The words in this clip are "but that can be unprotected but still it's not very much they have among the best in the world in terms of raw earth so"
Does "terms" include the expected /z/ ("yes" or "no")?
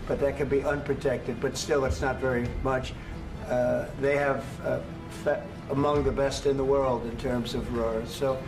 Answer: yes